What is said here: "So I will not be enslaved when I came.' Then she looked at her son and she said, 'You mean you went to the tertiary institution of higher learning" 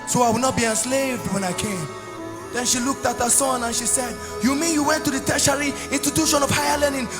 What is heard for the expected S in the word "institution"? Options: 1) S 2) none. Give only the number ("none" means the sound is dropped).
2